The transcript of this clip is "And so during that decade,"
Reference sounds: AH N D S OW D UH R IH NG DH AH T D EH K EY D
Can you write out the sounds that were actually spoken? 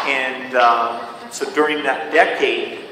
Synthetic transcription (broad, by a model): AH N S OW D UH R IH NG DH AH T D EH K EY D